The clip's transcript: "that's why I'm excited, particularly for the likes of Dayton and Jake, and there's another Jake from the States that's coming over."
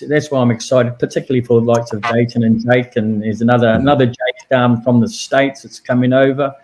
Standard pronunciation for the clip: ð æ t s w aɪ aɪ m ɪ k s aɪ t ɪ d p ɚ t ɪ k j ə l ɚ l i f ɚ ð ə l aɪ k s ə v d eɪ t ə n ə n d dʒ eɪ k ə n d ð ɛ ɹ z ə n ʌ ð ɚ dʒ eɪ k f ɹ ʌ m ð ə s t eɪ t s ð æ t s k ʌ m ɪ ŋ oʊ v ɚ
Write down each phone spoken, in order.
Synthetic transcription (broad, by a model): ð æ t s w aɪ aɪ m ɪ k s aɪ t ɪ d p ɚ t ɪ k j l l i f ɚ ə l aɪ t s ə v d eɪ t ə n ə n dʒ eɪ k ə n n ð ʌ ɹ ə n ʌ ð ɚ dʒ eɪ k f ɹ ʌ m ð ə s t eɪ t s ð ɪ t s k ʌ m ɪ ŋ oʊ v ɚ